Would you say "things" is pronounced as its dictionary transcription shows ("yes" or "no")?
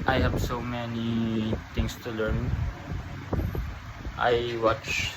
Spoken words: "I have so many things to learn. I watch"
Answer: no